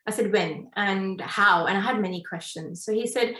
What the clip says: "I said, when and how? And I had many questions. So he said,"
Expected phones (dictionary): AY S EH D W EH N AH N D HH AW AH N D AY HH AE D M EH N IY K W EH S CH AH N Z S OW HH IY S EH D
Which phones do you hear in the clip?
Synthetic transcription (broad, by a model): AY S EH D W EH N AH N HH AW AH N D AY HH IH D M EH N IY K W EH S CH AH N Z S OW HH IY S EH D